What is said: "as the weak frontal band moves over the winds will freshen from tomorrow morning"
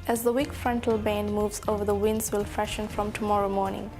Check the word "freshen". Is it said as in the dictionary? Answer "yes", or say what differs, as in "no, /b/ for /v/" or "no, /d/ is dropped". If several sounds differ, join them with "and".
no, /ɹ/ is dropped